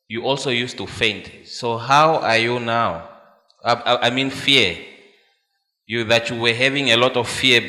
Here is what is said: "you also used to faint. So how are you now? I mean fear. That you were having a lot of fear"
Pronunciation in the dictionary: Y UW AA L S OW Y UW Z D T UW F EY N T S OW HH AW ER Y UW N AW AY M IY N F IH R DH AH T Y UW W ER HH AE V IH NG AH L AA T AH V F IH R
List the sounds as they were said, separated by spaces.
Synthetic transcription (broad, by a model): Y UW AA L S OW Y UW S T UW F EY N T S OW HH AW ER Y UW N AW AY M IY N F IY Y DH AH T Y UW W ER HH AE V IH NG AH L AA T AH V F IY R